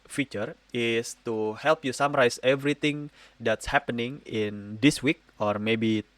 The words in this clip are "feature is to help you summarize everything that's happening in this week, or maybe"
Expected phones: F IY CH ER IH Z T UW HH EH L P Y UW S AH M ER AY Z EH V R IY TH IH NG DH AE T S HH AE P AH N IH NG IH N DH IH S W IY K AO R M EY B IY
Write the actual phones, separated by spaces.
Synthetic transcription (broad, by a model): F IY CH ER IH S T UW HH EH L P Y UW S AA M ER AY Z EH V R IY T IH NG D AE T S HH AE P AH N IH NG IH N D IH S W IY K AO R M EY B IY